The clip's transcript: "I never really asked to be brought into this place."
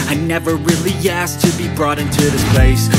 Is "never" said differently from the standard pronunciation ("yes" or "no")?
no